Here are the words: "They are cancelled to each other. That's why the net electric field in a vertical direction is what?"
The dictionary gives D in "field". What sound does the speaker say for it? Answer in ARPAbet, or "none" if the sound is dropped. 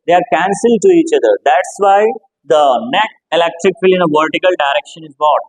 none